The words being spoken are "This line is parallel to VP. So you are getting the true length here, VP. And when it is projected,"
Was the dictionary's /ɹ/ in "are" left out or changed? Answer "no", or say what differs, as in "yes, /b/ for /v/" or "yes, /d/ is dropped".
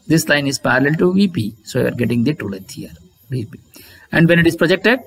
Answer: no